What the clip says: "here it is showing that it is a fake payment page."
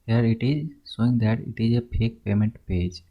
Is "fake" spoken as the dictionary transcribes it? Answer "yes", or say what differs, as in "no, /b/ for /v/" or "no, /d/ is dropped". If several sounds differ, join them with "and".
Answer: no, /p/ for /f/